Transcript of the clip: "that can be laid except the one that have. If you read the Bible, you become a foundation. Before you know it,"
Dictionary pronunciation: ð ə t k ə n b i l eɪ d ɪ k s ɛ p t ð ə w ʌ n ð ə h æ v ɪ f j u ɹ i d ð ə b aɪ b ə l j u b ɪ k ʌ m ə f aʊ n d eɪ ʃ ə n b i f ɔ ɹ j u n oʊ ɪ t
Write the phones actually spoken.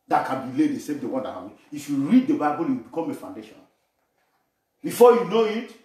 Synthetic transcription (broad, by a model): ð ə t k ə n b i l eɪ d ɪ s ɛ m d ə w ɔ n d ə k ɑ b ɪ f j u ɹ i d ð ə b aɪ b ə l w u b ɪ k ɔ m ə f aʊ n d eɪ ʃ ə n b i f ɔ j u n oʊ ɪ t